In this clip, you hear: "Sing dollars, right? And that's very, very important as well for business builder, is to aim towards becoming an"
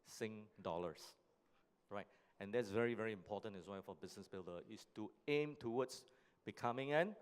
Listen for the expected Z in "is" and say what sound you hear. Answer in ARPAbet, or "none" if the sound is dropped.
S